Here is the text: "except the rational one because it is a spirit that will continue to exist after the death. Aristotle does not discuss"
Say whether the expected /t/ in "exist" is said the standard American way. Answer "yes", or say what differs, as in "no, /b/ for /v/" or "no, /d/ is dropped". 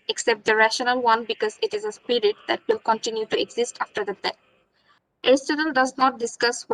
yes